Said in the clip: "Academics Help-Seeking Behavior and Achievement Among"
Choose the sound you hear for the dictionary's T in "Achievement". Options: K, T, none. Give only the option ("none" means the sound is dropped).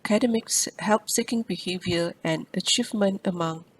T